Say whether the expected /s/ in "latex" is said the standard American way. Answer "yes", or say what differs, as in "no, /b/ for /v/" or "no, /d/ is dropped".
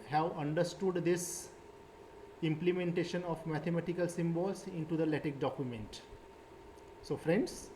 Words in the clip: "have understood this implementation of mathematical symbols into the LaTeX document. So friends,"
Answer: no, /s/ is dropped